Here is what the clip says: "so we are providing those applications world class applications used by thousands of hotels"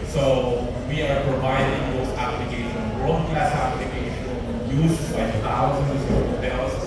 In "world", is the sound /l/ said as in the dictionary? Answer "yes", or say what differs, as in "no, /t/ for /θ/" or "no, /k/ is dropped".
no, /l/ is dropped